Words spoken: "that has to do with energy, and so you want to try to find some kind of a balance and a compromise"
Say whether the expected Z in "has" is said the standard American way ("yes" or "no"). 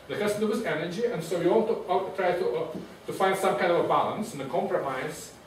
no